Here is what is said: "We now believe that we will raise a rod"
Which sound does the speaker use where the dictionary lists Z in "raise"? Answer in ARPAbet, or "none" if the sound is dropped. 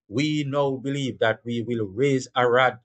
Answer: Z